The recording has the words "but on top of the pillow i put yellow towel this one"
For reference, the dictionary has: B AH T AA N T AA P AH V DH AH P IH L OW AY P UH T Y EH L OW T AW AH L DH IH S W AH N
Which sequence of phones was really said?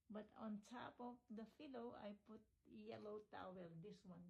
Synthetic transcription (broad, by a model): B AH T AA N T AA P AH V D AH F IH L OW AY P UH T Y EH L OW T AW AH L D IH S W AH N